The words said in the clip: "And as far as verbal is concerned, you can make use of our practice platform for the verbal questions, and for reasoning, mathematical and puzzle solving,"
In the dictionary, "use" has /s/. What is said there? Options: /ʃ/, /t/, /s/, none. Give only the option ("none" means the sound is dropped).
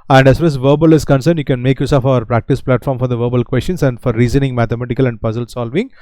/s/